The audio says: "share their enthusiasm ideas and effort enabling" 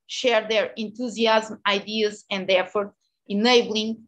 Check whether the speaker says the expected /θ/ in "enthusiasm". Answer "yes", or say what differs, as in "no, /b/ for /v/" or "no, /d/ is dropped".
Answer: no, /t/ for /θ/